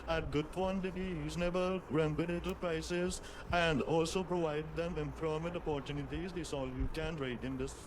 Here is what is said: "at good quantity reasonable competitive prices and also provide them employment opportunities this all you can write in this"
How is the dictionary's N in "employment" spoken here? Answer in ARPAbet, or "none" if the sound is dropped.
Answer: none